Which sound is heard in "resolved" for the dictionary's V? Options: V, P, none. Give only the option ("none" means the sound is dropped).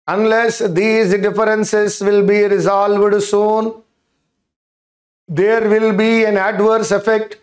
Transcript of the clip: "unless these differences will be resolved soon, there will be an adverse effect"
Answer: V